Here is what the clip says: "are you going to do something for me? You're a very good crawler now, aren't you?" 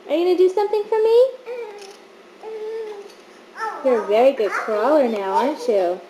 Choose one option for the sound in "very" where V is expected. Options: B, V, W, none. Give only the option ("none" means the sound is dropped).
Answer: V